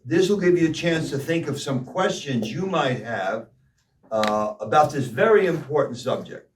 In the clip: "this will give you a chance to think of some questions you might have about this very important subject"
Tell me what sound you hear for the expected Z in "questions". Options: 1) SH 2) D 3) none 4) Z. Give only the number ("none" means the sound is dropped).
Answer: 4